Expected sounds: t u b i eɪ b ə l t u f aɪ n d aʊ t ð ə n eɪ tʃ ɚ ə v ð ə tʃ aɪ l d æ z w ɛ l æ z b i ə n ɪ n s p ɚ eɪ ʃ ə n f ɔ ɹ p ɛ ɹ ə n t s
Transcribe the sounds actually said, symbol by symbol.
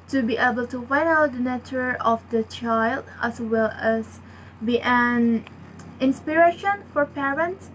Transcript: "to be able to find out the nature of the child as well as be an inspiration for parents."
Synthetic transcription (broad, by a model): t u b i eɪ b ə l t u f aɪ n aʊ t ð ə n eɪ tʃ ɚ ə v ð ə tʃ aɪ l d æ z w ɛ l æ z b i ə n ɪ n s p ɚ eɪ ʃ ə n f ɔ ɹ p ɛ ɹ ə n t s